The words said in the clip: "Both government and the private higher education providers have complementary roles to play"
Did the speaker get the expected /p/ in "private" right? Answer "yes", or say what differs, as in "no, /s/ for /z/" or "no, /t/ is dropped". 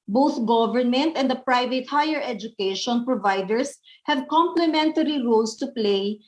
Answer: yes